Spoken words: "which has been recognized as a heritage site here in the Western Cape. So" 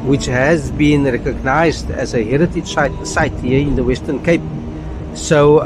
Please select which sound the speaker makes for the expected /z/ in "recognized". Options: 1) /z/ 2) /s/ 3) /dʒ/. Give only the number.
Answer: 1